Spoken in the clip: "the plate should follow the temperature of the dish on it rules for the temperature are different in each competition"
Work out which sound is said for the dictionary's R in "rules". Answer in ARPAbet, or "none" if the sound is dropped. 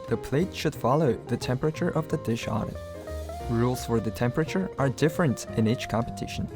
R